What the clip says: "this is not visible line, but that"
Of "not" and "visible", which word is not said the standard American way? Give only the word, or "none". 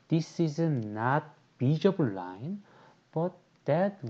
visible